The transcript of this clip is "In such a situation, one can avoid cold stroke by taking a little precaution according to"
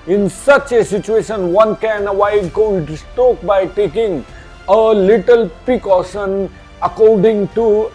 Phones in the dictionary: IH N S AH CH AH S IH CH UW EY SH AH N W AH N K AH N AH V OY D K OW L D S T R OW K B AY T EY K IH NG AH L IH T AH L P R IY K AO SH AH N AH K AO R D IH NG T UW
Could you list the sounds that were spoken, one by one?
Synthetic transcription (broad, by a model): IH N S AH CH AH S IH CH UW EY SH AH N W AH N K AH N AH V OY D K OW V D S T OW K B AY T EY K IH NG AH L IH T AH L P R IY K AO SH AH N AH K AO R D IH NG T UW